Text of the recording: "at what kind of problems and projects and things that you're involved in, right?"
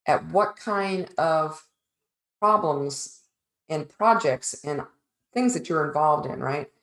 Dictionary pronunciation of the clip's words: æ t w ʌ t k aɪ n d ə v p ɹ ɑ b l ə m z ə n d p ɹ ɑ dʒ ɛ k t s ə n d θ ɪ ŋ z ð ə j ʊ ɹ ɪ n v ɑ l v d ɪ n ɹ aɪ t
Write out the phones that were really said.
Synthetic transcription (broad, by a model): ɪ t w ʌ t k aɪ n d ə v p ɹ ɑ b l ə m z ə n p ɹ ɑ dʒ ɛ k t s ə n θ ɪ ŋ z ð ə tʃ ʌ ɹ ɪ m v ɑ l v d ɪ n ɹ aɪ t